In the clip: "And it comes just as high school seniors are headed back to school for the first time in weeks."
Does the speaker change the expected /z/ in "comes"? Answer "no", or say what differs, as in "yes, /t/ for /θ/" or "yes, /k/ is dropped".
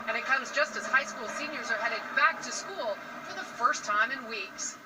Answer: no